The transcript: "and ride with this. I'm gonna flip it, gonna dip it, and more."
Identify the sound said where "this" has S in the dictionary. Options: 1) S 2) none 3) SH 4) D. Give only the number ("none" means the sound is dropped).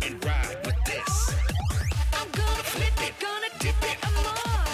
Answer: 1